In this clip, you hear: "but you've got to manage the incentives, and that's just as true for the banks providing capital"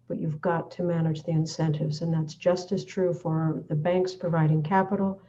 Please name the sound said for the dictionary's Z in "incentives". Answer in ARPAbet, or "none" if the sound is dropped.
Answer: Z